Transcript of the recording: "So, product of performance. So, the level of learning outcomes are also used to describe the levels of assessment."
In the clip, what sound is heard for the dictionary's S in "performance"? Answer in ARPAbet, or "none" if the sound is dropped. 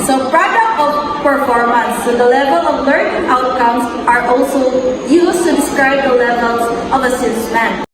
TH